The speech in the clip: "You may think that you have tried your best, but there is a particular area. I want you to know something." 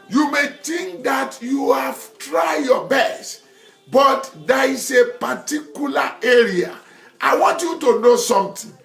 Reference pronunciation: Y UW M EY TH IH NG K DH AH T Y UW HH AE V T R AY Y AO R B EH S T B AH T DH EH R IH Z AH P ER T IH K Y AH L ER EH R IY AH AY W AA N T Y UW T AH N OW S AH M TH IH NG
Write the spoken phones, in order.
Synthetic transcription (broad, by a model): Y UW M EY T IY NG K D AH T Y UW HH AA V T R AY Y AO B EH S T B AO T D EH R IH S AH P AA T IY K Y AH L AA EH R IY AH AY W AA N T Y UW T AH N OW S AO M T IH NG